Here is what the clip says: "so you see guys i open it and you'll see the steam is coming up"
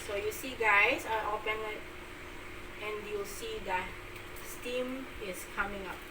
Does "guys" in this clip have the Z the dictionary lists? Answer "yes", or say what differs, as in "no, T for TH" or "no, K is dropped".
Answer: no, S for Z